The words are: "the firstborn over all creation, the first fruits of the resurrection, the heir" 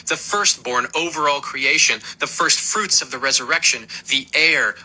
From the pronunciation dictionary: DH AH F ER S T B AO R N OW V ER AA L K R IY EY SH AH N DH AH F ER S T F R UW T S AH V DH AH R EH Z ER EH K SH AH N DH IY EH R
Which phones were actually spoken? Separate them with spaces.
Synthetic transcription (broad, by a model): DH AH F ER S T B AO R N OW V ER AA L K R IY EY SH AH N DH AH F ER S T F R UW T S AH V DH AH R EH Z ER EH K SH AH N DH IY EH R